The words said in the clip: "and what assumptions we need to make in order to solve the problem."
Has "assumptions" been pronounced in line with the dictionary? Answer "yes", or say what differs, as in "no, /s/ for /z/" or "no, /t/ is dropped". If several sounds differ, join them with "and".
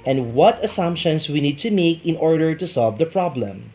no, /s/ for /z/